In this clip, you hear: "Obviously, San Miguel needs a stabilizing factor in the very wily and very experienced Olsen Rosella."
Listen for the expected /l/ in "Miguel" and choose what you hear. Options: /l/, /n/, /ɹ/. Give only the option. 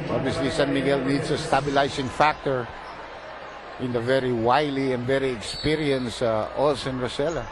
/l/